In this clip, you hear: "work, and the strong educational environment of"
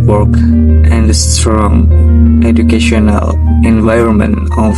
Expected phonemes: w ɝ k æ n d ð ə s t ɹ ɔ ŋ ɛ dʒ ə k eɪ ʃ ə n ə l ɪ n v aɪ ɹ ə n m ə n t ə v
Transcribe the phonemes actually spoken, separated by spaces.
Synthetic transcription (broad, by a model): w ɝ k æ n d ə s t ɹ ɔ ŋ ɛ dʒ ə k eɪ ʃ ə n ə l ɪ n v aɪ ɹ ə n m ə n t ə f